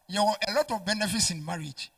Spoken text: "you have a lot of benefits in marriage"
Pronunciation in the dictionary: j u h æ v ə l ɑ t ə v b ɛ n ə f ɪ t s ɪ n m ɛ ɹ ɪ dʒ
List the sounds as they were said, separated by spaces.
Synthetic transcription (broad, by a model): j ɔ ə l ɑ t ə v b ɛ n ə f ɪ t s ɪ n m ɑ ɹ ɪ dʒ